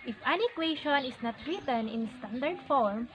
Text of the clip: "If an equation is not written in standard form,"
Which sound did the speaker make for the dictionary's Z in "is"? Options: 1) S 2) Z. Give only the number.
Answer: 1